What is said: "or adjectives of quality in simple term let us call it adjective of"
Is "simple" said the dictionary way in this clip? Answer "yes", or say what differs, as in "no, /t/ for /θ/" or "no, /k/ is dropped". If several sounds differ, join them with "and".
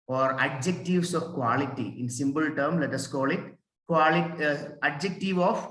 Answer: no, /b/ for /p/